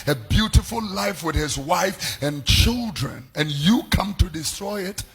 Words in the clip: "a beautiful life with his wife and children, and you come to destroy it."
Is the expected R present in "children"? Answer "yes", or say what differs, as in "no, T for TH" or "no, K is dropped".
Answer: yes